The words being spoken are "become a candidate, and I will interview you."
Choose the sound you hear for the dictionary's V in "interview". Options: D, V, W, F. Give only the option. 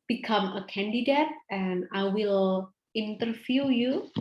F